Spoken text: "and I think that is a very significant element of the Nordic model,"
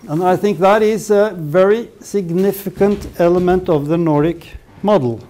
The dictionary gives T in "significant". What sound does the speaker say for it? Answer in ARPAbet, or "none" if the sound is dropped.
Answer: T